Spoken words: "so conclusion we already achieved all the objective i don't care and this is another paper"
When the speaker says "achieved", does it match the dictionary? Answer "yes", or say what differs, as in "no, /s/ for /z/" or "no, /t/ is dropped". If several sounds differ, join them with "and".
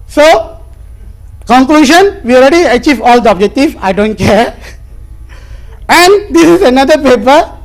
no, /d/ is dropped